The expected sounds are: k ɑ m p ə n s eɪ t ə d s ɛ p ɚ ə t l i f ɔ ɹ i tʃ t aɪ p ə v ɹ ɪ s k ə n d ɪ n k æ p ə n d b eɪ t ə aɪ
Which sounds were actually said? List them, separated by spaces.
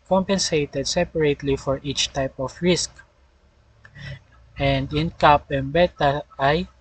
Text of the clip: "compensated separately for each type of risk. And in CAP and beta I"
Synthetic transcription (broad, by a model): k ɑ m p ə n s eɪ t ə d s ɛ p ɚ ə t l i f ɔ ɹ i tʃ t aɪ p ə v ɹ ɪ s k ə n d ɪ n k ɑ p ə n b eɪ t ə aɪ